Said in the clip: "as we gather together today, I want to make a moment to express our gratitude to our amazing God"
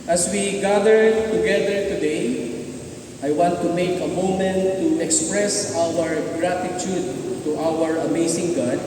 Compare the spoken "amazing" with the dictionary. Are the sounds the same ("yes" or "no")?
no